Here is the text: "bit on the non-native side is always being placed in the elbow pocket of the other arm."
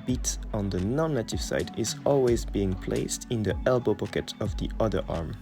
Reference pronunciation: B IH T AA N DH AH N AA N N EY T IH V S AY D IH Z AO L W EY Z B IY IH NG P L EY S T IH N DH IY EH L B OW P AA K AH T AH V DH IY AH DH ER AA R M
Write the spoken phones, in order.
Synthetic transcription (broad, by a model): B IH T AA N DH AH N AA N N EY T IH V S AY D IH Z AO L W EY Z B IY IH NG P L EY S T IH N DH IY EH L B OW P AA K AH T AH V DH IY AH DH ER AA R M